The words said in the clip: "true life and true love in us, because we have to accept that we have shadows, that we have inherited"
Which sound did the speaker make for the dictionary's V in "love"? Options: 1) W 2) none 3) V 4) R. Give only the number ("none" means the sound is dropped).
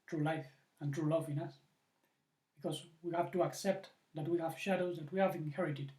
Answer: 3